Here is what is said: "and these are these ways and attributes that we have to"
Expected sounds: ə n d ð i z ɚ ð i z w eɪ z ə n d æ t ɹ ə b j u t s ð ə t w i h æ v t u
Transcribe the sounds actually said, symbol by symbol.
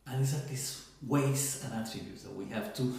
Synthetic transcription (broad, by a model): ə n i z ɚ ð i s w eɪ s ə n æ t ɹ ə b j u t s ð ə t w i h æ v t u